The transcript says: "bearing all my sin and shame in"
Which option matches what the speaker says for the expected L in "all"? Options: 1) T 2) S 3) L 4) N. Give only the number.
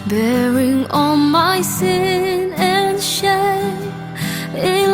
4